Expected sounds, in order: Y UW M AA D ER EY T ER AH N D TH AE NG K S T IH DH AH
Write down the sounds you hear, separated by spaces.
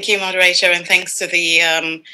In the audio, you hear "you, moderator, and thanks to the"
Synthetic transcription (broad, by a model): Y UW M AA D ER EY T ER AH N TH AE NG K S T IH DH AH